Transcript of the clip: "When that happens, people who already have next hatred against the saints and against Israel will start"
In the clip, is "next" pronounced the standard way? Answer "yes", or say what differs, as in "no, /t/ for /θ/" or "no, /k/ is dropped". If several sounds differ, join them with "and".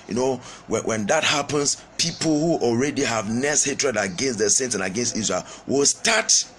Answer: no, /k/ is dropped